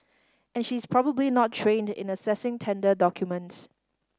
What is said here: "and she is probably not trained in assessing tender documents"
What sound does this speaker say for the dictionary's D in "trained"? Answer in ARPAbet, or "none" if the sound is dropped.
D